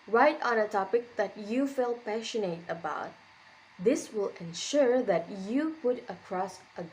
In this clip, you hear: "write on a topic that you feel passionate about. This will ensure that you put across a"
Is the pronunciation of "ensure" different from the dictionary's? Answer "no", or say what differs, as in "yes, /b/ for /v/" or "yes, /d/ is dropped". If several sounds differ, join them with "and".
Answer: no